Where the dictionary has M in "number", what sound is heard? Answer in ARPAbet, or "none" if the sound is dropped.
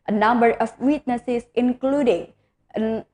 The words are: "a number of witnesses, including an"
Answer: M